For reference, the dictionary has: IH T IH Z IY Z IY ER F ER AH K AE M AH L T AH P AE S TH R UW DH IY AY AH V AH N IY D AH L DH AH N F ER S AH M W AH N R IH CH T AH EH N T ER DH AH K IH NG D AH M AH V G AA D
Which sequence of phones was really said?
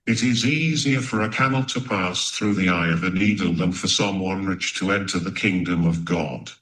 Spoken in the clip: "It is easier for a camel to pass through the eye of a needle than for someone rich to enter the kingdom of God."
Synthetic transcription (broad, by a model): IH T IH Z IY Z IY ER F ER AH K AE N L T AH P AE S TH R UW DH IY AY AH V AH N IY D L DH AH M F ER S AH M W AH N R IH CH T AH EH N T ER DH AH K IH NG D AH M AH V G AA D